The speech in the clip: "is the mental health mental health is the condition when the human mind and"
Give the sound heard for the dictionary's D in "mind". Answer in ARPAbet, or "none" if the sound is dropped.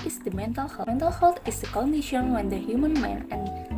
none